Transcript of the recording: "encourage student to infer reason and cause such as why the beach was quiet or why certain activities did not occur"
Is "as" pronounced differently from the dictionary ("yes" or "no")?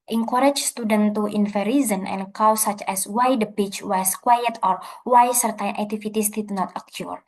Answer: yes